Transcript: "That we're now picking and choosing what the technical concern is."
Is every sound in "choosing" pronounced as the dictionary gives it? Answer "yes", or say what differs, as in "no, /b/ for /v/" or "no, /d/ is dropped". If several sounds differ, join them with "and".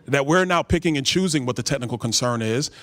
yes